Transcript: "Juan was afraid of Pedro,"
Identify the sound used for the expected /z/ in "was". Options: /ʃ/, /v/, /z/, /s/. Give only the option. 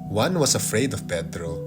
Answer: /s/